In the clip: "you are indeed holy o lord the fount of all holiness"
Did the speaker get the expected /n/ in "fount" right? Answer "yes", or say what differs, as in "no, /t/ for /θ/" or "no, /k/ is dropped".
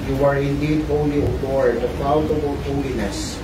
no, /n/ is dropped